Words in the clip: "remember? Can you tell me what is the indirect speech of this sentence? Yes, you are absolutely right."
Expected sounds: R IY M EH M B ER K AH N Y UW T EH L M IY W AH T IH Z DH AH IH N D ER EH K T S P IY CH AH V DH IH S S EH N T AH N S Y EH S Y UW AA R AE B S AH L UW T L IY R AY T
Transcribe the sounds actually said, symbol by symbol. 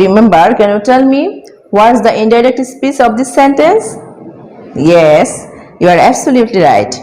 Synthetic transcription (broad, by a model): R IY M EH M B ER K AH N Y UW T EH L M IY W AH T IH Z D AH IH N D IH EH K T S P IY S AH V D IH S S EH N T AH N S Y EH S Y UW AA R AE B S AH L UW T L IY R AY T